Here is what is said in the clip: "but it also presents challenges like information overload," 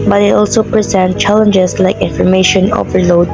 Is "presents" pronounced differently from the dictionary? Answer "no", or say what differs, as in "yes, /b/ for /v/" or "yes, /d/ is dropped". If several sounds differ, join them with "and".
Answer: yes, /s/ is dropped